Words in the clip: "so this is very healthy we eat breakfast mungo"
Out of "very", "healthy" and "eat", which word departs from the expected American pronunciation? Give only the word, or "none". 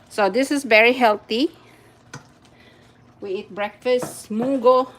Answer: healthy